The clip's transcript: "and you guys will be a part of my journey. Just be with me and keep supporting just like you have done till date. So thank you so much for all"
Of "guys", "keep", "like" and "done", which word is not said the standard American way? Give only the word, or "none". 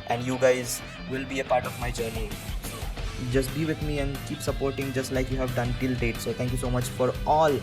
none